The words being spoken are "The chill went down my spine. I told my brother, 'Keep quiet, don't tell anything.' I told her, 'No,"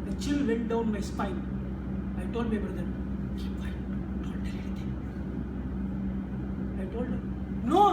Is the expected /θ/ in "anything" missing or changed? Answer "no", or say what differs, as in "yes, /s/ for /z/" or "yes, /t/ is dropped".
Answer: yes, /t/ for /θ/